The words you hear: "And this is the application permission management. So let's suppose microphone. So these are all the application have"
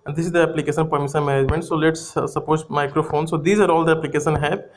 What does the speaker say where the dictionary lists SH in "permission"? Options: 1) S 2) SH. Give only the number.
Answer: 1